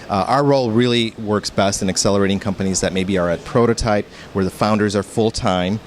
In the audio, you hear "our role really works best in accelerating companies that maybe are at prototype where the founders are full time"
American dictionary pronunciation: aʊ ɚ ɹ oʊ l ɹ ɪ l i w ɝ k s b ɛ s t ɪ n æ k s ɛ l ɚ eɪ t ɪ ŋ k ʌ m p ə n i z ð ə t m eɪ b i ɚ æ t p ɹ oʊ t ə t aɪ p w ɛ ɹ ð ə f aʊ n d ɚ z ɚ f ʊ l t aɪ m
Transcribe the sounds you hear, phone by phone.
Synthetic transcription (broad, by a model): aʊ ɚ ɹ oʊ l ɹ ɪ l i w ɝ k s b ɛ s t ɪ n æ k s ɛ l ɚ eɪ t ɪ ŋ k ʌ m p ə n i z ð ə t m eɪ b i ɚ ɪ t p ɹ oʊ t ə t aɪ p w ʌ ɹ ð ə f aʊ n d ɚ z ɚ f ʊ l t aɪ m